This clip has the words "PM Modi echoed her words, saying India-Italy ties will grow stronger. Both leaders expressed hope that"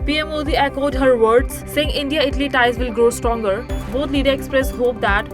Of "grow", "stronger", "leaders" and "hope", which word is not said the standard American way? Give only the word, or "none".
leaders